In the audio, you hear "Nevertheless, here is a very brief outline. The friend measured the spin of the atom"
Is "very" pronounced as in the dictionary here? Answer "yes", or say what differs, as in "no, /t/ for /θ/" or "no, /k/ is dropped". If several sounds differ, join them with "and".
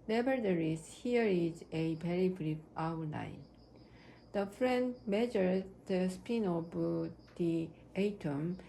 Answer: no, /b/ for /v/